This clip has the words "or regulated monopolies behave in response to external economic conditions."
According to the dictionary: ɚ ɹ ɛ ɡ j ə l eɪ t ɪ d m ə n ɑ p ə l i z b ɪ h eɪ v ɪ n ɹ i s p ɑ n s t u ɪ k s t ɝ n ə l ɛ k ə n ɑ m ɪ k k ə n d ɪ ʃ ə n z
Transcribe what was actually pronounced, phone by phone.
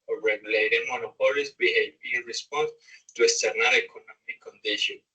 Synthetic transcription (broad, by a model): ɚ ɹ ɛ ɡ j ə l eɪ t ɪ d m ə n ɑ p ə l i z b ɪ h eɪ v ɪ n ɹ i s p ɑ n s t u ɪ s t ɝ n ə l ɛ k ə n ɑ m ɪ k k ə n d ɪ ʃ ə n